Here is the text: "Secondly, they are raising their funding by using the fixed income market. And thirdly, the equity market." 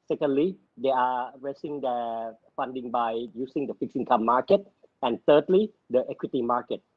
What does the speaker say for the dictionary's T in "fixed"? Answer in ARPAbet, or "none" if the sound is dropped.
none